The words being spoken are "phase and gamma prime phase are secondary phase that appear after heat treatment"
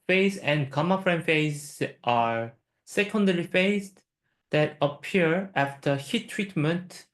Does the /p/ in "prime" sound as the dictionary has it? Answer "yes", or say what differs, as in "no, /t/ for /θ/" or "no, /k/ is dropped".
no, /f/ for /p/